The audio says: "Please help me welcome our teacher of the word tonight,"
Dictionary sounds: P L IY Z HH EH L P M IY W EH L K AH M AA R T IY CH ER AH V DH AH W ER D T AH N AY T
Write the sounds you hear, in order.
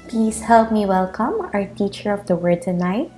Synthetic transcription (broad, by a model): P L IY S HH EH L P M IY W EH L K AH M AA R T IY CH ER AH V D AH W ER D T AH N AY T